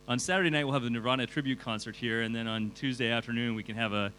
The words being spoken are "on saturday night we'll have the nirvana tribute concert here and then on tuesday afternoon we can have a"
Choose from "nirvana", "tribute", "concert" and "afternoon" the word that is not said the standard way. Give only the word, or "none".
nirvana